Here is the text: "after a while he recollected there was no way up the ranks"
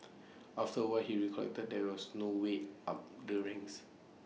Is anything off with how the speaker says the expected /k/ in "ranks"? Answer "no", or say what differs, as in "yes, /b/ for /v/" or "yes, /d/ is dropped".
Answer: yes, /k/ is dropped